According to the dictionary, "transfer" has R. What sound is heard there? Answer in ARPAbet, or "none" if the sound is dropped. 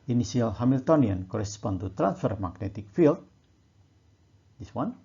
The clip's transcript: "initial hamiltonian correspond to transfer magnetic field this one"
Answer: R